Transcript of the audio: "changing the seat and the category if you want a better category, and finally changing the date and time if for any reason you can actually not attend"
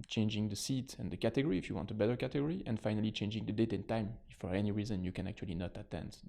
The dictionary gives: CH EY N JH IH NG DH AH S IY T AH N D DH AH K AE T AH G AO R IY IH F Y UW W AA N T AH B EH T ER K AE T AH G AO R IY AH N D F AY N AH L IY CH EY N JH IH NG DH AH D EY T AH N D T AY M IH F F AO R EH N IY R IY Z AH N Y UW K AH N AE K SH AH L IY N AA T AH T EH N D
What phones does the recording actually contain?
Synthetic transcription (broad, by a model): CH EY N JH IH NG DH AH S IY T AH N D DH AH K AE T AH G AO R IY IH F Y UW W AA N T AH B EH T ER K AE T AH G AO R IY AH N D F AY N AH L IY CH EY N JH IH NG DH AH D EY T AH N T AY M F F AO R EH N IY R IY Z AH N Y UW K AH N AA K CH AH L IY N AA T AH T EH N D